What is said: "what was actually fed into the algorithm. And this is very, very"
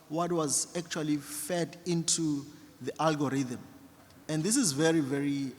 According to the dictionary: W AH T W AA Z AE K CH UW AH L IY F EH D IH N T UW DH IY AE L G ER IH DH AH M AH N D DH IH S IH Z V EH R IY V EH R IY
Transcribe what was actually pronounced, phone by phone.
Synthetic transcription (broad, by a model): W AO T W AA Z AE K CH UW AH L IY F EH D IH N T UW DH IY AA L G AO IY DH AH M AH N D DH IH S IH Z V EH R IY V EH R IY